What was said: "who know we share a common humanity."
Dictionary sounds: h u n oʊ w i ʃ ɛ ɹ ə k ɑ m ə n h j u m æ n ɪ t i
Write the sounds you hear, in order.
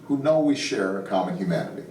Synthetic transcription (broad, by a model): h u n oʊ w i ʃ ɛ ɹ ə k ɑ m ə n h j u m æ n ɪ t i